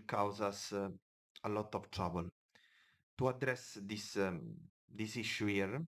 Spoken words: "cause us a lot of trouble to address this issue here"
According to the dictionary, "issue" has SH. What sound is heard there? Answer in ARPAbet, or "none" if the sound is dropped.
S